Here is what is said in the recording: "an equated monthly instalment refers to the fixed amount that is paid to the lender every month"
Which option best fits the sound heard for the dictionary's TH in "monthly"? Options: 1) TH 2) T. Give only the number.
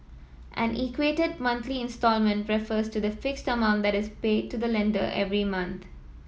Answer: 2